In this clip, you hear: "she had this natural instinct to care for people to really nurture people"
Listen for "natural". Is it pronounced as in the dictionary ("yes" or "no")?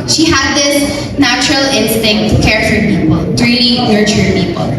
yes